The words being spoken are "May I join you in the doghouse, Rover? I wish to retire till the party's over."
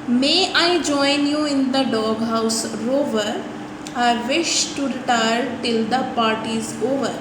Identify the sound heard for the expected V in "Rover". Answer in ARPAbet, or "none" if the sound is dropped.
V